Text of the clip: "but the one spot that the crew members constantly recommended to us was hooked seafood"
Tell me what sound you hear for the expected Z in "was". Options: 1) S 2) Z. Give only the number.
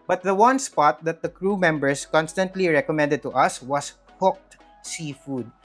1